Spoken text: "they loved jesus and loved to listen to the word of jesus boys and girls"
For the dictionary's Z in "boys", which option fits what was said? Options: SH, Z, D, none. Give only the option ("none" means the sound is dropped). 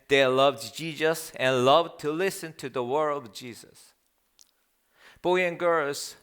none